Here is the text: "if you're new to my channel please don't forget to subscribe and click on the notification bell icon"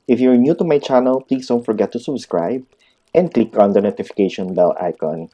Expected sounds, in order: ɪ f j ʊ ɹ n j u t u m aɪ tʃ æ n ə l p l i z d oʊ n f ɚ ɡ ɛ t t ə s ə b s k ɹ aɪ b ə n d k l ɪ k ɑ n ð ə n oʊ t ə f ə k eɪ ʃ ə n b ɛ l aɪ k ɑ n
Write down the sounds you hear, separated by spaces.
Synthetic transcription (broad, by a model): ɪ f j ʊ ɹ n j u t u m aɪ tʃ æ n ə l p l i s d oʊ n f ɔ ɡ ɛ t t ə s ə b s k ɹ aɪ b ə n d k l ɪ k ɑ n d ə n oʊ t ə f ə k eɪ ʃ ə n b ɛ l aɪ k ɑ n